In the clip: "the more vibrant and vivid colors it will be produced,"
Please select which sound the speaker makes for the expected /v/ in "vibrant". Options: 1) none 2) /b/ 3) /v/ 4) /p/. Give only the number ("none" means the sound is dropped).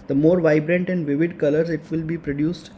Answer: 3